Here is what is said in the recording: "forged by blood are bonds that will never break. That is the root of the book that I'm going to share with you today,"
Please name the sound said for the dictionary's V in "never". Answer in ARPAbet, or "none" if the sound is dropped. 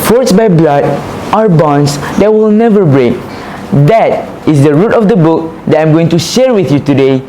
V